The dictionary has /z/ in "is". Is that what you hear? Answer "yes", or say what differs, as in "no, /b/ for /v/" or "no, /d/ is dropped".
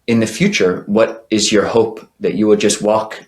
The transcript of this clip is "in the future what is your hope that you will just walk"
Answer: yes